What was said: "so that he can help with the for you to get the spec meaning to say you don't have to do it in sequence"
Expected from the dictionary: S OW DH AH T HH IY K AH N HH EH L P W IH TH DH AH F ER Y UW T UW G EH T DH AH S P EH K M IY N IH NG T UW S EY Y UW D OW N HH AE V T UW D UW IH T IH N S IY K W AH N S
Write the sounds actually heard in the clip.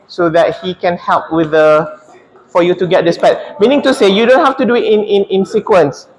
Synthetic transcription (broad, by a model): S OW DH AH T HH IY K AH N HH EH L P W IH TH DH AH F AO Y UW T UW G EH T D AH S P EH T M IY N IH NG T UW S EY Y UW D OW N HH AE F T UW D UW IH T IH N S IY K W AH N S